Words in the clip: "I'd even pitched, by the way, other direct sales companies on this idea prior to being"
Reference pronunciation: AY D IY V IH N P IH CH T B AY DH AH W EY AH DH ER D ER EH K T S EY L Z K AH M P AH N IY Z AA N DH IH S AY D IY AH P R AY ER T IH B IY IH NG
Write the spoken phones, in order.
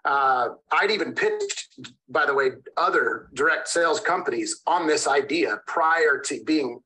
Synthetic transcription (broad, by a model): AY D IY V IH N P IH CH B AY DH AH W EY AH DH ER D ER EH K T S EY L Z K AH M P AH N IY Z N DH IH S AY D IY AH P R AY ER T IH B IY IH NG